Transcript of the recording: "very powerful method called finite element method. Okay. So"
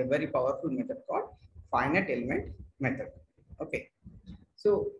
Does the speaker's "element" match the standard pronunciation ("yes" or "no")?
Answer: yes